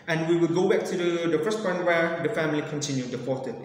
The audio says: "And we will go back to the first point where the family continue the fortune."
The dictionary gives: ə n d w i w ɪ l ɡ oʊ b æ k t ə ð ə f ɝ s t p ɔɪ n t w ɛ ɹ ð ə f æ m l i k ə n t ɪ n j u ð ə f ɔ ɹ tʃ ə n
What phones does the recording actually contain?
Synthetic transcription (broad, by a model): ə n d w i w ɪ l ɡ oʊ b æ k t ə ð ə f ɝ s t f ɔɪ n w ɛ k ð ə f æ m l i k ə n t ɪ n j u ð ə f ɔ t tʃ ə